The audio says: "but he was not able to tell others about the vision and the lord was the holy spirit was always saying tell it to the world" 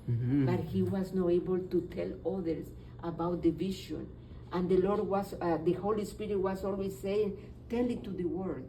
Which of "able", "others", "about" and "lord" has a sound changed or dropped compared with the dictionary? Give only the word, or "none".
others